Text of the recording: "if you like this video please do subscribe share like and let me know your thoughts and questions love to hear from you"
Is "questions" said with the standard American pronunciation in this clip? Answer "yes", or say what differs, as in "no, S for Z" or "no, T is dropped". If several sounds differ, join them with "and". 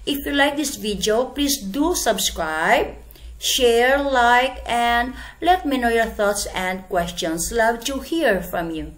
no, S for Z